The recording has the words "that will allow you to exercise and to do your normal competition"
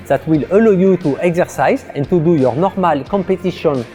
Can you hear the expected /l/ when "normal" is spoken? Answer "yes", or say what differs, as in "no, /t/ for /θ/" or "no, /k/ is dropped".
yes